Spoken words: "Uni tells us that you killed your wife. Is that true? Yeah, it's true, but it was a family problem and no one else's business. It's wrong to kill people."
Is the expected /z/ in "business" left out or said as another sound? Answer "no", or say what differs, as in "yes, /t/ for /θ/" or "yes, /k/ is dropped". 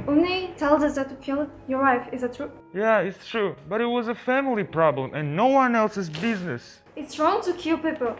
no